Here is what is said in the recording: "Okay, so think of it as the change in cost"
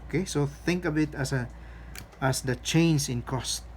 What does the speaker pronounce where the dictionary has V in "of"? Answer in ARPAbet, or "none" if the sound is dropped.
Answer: B